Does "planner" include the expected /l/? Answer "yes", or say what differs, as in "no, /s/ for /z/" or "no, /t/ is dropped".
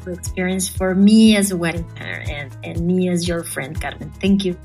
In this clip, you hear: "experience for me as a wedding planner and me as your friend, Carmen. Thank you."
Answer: no, /l/ is dropped